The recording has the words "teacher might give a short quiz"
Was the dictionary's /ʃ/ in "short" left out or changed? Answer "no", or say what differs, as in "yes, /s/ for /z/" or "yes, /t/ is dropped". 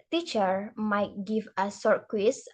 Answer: yes, /s/ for /ʃ/